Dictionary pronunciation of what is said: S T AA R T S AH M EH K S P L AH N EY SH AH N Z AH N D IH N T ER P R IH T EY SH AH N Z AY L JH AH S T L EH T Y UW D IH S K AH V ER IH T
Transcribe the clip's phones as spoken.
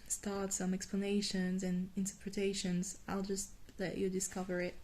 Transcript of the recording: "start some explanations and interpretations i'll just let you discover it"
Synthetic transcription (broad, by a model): S T AA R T S AH M EH K S P L AH N EY SH AH N Z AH N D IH N T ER P R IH T EY SH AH N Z AY L JH AH S T L EH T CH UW D IH S K AH V ER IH T